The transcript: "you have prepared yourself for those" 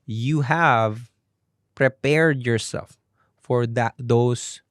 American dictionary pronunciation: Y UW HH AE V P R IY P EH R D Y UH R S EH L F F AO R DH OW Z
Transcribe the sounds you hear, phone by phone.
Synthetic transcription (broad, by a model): Y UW HH AE V P R IY P EH R D Y UH R S EH L F F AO R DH OW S